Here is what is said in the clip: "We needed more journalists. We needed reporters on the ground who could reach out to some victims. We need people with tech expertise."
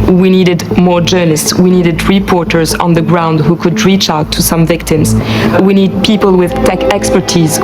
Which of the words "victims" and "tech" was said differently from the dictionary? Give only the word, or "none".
none